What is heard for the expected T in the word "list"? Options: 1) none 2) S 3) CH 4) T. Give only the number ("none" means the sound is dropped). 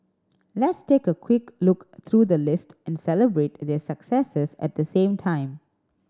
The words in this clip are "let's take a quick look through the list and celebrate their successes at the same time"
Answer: 4